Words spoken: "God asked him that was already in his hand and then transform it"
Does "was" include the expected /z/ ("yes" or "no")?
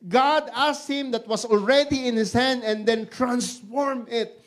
no